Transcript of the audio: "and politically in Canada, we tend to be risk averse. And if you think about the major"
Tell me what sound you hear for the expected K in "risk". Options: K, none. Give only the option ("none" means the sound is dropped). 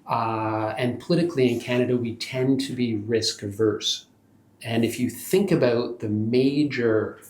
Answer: K